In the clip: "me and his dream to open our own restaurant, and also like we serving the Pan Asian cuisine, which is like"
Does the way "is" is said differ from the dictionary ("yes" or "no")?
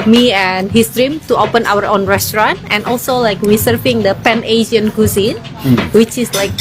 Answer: yes